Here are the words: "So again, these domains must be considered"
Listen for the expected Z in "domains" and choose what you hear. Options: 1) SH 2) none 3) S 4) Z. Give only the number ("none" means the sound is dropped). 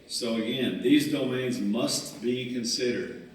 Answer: 4